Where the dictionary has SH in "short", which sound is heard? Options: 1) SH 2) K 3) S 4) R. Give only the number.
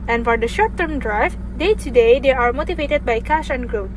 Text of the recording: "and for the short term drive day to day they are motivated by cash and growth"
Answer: 1